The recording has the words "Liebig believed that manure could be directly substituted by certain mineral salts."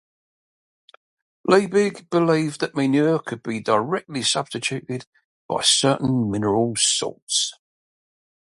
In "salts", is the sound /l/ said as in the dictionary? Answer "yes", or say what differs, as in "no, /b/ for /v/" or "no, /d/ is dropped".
no, /l/ is dropped